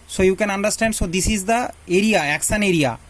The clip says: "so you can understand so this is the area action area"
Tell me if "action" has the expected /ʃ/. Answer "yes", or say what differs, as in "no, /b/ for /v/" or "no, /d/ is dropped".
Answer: no, /s/ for /ʃ/